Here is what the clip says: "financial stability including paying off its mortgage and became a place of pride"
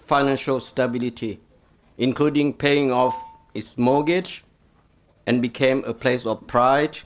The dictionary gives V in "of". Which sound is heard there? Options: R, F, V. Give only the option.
F